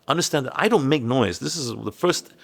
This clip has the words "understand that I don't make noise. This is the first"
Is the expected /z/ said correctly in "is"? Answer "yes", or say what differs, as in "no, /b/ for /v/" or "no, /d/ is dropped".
yes